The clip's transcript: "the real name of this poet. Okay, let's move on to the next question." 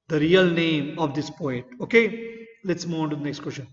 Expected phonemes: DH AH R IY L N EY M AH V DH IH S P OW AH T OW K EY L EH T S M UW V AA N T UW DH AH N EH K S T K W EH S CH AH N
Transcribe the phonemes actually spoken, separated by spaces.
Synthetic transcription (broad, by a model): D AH R IY L N EY M AH V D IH S P OW AH T OW K EY L EH T S M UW AA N T UW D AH N EH K S T K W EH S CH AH N